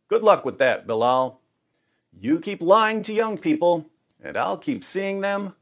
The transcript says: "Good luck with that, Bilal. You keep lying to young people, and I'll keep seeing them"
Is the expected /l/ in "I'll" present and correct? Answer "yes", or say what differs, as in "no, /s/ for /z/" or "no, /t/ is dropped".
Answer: yes